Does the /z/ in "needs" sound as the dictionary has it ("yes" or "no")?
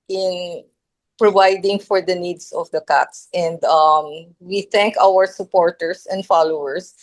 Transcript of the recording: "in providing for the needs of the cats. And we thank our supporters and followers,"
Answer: no